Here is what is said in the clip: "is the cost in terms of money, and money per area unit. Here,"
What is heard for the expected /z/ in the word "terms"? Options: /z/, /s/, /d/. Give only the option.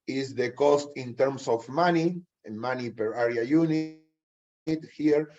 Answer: /s/